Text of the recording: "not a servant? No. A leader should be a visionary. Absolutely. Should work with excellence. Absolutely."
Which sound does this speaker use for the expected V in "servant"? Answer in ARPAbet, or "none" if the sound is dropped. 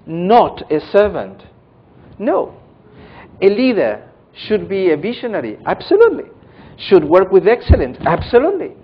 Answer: V